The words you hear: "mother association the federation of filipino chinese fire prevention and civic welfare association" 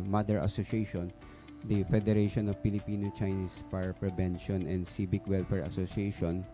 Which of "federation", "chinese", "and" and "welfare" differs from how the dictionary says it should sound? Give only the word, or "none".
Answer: chinese